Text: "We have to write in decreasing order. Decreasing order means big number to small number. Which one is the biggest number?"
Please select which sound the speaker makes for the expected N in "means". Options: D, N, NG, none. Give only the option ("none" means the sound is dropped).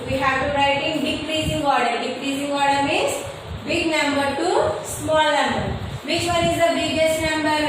none